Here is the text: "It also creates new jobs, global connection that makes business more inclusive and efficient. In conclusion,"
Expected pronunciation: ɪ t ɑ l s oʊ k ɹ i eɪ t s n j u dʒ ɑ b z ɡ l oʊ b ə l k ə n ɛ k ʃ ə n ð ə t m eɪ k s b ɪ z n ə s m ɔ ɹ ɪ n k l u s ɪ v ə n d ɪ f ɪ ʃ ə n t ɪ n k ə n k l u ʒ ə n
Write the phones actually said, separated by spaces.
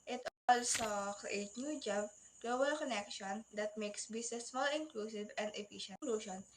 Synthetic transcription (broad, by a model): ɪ t ɑ l s oʊ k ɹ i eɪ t n j u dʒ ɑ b ɡ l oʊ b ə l k ə n ɛ k ʃ ə n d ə t m eɪ k s b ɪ s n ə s m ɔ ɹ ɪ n k l u s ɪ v ə n d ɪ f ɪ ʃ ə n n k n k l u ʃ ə n